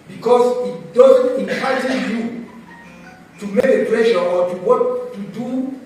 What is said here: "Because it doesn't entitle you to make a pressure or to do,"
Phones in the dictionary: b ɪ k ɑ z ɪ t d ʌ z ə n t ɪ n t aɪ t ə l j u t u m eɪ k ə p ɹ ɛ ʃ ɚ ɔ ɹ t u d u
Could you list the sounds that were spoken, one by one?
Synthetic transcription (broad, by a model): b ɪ k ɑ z ɪ t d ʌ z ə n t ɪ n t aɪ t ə j u t u m eɪ k ə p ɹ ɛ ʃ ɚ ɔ w t u d u